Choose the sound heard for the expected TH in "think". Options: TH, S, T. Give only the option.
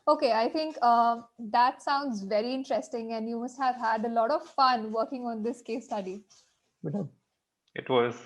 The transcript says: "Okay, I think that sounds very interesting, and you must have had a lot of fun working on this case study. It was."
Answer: T